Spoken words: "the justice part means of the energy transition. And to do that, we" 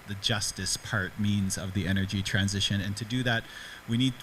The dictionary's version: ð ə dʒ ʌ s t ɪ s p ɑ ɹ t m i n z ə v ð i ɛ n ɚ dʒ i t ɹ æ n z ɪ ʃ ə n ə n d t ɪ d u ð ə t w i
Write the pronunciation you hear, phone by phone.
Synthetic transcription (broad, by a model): ð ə dʒ ʌ s t ɪ s p ɑ ɹ t m i n z ə v ð i ɛ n ɚ dʒ i t ɹ æ n z ɪ ʃ ə n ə n t ɪ d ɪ ð ə t w i